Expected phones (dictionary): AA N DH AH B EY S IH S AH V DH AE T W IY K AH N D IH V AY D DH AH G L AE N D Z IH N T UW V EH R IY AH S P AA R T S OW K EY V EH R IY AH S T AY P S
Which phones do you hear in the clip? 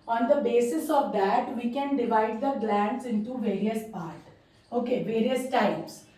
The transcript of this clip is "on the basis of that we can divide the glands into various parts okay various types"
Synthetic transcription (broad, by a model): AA N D AH B EY S IH S AH V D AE T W IY K AH N D IH V AY D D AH G L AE N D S IH N T UW V EH R IY AH S P AA R T OW K EY V EH R IY AH S T AY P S